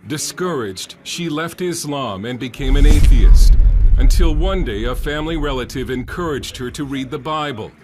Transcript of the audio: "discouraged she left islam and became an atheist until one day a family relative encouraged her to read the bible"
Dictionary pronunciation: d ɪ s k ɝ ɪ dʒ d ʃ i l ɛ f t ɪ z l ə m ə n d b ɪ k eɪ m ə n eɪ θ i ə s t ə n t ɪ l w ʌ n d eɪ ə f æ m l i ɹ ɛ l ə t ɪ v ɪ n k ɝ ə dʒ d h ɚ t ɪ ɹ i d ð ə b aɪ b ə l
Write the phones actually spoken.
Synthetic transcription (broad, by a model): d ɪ s k ɝ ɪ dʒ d ʃ i l ɛ f t ɪ z l ə m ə n b ɪ k eɪ m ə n eɪ θ i ə s t ə n t ɪ l w ʌ n d eɪ ə f æ m l i ɹ ɛ l ə t ɪ v ɪ n k ɝ ə dʒ d h ɚ t ɪ ɹ i d ð ə b aɪ b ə l